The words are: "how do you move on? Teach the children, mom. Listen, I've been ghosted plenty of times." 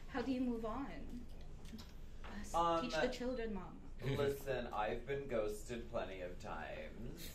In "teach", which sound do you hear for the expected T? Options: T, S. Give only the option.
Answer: S